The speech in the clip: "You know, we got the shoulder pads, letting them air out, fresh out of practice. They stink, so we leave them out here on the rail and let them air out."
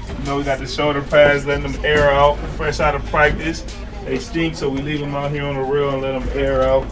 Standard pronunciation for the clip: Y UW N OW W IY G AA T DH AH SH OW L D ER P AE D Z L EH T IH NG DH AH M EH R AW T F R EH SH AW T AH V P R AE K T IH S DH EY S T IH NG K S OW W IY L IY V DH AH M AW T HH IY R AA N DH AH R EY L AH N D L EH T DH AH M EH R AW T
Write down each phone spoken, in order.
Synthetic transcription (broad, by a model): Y N OW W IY G AA T DH AH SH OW D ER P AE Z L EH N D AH M EH R AW T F EH S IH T AH V P R AE K T IH S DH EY S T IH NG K S OW W IY L IY V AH M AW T HH IY R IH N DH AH R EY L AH N L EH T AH M EH R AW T